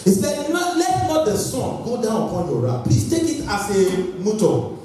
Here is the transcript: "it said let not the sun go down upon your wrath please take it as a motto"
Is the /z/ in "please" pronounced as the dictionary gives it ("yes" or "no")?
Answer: no